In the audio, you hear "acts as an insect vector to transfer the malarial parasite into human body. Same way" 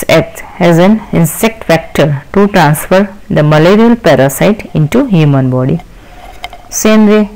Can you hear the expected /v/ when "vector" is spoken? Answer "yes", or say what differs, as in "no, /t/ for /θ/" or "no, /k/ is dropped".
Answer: no, /f/ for /v/